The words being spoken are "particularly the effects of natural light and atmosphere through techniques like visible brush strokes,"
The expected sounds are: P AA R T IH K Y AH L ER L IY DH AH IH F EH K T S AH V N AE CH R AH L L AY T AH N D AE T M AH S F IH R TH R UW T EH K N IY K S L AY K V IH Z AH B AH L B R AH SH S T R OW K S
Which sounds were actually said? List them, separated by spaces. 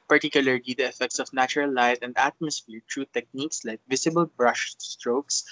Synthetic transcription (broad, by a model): P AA R T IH K Y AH L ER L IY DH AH IH F EH K T S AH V N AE CH R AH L L AY T AH N D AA T M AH S F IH R T R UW T EH K N IY K S L AY K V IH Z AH B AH L B R AH SH S T R OW K S